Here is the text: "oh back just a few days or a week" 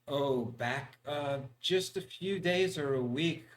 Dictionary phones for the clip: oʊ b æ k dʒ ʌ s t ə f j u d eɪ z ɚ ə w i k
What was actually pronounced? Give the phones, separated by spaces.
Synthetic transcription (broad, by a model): oʊ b æ k dʒ ʌ s t ə f j u d eɪ z ɚ ə w i k